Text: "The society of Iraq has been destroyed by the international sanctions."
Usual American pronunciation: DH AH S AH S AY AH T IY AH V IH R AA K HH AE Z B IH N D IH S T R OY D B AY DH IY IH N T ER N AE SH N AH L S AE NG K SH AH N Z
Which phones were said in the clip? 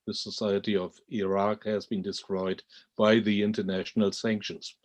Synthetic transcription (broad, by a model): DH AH S AH S AY AH T IY AH V IH R AA K HH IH Z B IH N D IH S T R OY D B AY DH IY IH N T ER N AE SH N AH L S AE NG K SH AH N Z